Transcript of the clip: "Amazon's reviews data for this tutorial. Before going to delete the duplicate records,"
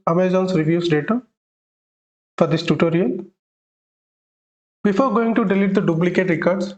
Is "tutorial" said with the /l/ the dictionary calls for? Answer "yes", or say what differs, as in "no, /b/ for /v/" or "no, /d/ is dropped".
no, /n/ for /l/